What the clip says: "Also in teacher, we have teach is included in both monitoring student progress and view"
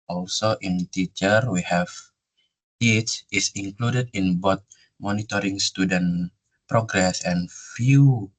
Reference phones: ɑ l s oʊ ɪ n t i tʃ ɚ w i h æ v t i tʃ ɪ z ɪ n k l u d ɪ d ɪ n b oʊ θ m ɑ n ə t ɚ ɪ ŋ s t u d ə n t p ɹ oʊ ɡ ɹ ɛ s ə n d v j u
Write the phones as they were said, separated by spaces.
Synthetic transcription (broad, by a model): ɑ l s oʊ ɪ n t i tʃ ɚ w i h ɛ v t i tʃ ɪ s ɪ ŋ k l u d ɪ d ɪ n b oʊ t m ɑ n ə t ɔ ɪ ŋ s t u d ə n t p ɹ oʊ ɡ ɹ ɛ s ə n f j u